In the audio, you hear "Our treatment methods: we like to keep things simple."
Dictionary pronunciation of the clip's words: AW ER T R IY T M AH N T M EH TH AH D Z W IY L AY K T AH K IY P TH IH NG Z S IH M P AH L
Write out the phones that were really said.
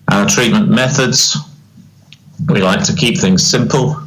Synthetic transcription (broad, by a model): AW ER T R IY T M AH N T M EH TH AH D Z W IY L AY K T AH K IY P TH IH NG Z S IH M P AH L